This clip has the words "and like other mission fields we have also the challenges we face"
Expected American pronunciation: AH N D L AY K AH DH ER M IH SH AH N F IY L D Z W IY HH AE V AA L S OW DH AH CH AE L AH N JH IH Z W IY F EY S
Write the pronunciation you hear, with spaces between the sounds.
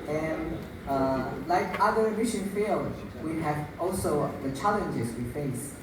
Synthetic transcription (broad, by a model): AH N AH L AY K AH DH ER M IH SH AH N F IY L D W IY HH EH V AA L S OW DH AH CH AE L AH N JH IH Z W IY F EY S